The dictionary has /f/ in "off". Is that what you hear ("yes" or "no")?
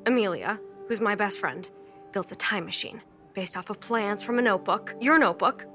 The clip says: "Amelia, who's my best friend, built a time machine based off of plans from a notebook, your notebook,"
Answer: yes